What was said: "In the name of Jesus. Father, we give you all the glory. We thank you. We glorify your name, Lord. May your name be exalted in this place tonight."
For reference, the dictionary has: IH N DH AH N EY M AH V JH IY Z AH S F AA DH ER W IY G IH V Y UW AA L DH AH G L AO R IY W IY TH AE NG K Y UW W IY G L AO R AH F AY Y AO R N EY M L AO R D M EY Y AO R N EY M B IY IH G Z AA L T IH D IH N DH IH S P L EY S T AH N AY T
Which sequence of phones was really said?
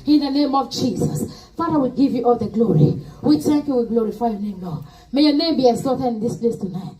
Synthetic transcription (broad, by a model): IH N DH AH N EY M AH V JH IY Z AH S F AA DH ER W IY G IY V Y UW AA L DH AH G L AO R IY W IY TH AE NG K Y UW W IY G L AO R AH F AY Y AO N EY M L AO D M EY Y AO N EY M B IY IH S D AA T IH IH N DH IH S P L EY S T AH N AY T